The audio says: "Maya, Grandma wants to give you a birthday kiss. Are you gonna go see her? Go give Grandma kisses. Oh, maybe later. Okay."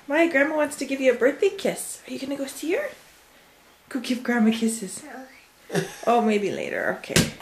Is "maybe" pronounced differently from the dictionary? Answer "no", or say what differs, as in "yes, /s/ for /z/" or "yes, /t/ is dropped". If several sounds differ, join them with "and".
no